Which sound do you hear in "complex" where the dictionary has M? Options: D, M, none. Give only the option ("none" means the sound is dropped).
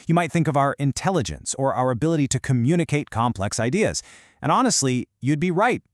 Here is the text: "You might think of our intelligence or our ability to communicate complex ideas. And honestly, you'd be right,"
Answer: M